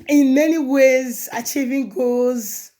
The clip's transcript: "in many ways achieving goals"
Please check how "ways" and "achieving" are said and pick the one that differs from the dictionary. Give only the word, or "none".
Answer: none